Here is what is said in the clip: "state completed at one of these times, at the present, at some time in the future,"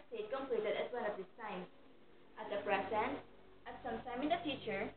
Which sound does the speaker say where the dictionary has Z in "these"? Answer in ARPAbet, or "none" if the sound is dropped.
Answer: S